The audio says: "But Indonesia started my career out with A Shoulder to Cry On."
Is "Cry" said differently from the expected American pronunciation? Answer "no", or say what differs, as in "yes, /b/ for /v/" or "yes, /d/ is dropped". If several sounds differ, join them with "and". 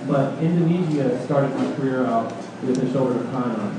yes, /ɹ/ is dropped